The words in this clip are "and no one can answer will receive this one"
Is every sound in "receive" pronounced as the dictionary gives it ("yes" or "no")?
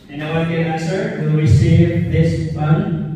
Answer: no